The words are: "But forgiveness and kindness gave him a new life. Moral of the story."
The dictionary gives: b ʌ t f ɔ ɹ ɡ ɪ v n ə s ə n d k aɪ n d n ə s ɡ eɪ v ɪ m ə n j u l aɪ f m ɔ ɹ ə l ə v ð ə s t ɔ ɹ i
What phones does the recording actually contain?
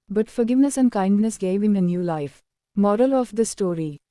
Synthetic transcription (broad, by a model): b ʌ t f ɔ ɹ ɡ ɪ v n ə s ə n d k aɪ n d n ə s ɡ eɪ v ɪ m ə n j u l aɪ f m ɔ ɹ ə l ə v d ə s t ɔ ɹ i